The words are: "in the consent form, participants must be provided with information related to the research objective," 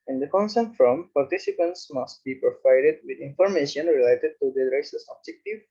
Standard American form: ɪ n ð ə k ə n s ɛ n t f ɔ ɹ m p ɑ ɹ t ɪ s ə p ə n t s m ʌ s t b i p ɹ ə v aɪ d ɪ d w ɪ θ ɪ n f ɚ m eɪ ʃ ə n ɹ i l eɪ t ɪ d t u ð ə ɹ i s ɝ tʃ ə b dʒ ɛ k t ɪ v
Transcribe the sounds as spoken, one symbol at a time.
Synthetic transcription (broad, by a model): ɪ n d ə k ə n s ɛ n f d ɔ m p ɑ ɹ t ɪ s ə p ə n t s m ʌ s t b i p ɹ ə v aɪ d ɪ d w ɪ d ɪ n f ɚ m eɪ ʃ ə n ɹ i l eɪ t ɪ d t u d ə ɹ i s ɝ s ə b dʒ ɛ k t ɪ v